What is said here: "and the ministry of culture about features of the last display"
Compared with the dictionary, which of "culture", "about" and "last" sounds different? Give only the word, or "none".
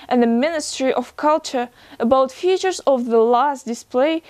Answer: none